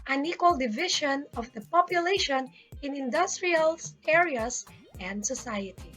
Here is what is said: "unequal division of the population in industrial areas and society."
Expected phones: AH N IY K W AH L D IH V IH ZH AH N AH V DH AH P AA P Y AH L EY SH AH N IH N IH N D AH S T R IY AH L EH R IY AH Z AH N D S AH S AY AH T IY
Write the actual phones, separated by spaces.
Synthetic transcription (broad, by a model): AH N IY K W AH L D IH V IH SH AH N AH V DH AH P AA P Y AH L EY SH AH N IH N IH N D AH S T R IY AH L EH R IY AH S AH N D S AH S AY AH T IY